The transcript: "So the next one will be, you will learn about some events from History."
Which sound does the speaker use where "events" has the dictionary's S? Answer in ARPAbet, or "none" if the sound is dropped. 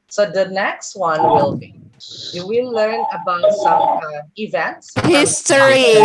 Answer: S